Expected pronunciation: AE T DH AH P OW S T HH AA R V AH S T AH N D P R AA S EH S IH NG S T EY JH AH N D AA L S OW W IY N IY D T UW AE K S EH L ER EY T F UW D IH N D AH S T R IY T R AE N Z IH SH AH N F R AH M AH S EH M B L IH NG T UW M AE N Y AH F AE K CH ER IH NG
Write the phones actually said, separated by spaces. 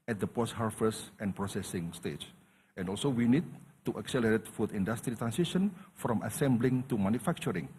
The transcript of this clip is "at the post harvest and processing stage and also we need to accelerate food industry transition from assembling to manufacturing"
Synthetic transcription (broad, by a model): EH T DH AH P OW S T HH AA R F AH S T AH N P R AA S EH S IH NG S T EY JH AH N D AA L S OW W IY N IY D T UW AE K S EH L ER EY T F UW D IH N D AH S T R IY T R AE N S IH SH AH N F R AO M AH S EH M B L IH NG T UW M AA N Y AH F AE K CH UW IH NG